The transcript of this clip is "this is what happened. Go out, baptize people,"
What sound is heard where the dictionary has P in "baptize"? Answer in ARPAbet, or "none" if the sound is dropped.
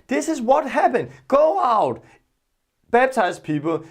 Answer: B